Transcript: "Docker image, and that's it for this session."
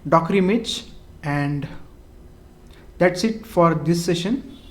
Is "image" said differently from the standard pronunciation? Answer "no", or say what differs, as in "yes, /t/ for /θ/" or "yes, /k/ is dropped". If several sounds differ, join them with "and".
yes, /tʃ/ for /dʒ/